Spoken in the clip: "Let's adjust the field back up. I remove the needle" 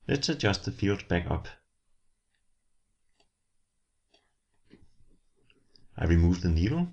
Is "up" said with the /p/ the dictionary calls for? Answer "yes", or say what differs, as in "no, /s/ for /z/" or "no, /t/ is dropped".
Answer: yes